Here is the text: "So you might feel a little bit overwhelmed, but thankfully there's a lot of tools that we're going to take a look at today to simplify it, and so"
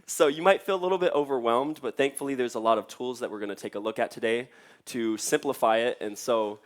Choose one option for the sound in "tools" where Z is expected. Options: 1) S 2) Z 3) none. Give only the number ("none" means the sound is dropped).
2